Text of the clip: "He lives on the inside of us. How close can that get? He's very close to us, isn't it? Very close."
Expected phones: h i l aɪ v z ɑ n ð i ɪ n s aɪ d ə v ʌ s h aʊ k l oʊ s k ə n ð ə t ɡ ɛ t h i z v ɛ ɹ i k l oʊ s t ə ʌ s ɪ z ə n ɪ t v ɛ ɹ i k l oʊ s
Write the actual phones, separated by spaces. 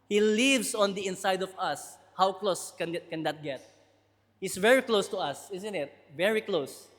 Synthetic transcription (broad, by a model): h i l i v s ɑ n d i ɪ n s aɪ d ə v ʌ s h aʊ k l oʊ s k ə n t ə t ɡ ɛ t h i s v ɛ ɹ i k l oʊ s t ə ʌ s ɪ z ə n ɪ t v ɛ ɹ i k l oʊ s